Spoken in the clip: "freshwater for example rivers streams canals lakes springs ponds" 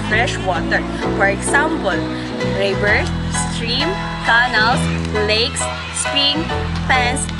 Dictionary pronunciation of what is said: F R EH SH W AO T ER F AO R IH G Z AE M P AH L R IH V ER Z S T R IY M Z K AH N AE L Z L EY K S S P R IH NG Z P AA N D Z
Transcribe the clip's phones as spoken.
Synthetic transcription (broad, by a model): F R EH SH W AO T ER F AO R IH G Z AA M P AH L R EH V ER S S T R IY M K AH N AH L S L EY K S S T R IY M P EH N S